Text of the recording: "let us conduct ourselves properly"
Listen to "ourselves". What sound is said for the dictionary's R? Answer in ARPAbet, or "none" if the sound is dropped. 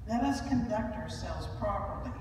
R